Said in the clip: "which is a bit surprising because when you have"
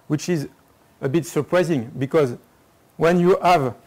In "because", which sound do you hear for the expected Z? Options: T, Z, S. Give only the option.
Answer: Z